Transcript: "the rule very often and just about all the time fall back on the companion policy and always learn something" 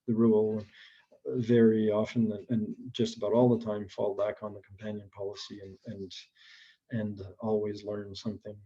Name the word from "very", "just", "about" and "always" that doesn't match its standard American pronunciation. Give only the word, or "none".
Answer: none